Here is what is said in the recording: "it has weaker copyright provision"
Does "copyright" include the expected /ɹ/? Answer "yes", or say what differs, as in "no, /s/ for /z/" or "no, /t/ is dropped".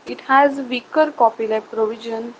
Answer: no, /l/ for /ɹ/